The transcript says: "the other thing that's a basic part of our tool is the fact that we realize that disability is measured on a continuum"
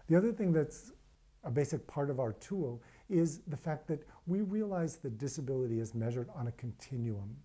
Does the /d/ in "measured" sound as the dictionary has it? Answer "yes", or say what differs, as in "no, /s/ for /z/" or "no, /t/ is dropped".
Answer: yes